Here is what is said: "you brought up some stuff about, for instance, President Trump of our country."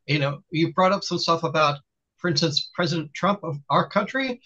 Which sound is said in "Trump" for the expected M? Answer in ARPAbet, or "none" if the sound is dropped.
M